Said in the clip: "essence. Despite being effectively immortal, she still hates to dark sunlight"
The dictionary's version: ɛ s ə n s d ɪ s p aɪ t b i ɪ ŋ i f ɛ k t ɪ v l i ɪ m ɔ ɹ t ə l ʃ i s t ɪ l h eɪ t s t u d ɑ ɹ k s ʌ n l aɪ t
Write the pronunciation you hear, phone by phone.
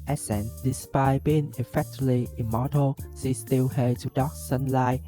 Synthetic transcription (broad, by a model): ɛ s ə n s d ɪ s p aɪ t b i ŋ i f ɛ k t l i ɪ m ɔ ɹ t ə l s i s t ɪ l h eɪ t t u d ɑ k s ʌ n l aɪ